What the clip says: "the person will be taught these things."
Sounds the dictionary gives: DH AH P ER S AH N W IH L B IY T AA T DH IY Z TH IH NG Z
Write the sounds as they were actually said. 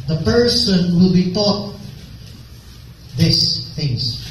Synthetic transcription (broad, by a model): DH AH P ER S AH N W IH L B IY T AA T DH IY S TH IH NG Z